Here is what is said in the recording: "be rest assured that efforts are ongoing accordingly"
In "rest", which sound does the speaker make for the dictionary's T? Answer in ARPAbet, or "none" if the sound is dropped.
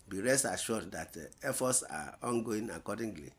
none